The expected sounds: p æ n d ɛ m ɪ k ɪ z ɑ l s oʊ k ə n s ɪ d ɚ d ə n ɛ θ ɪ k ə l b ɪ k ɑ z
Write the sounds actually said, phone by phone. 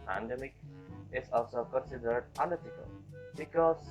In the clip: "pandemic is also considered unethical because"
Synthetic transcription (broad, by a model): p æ n d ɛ m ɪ k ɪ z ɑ s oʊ k ə n s ɪ d ɚ d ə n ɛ t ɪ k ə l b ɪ k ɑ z